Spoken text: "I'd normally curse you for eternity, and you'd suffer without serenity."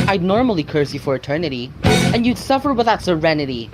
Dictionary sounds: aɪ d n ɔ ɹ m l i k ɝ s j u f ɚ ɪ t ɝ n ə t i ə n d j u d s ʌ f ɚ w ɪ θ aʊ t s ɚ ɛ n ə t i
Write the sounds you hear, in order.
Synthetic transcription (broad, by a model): aɪ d n ɔ ɹ m l i k ɝ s j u f ɚ ɪ t ɝ n ə t i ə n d j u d s ʌ f ɚ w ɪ t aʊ t s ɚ ɛ n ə t i